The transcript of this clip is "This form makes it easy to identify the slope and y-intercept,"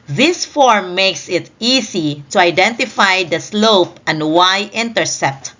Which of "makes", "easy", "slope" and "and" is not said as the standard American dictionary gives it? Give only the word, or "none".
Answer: easy